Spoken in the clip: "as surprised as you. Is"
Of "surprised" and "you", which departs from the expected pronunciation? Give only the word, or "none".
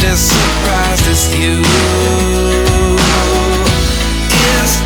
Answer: surprised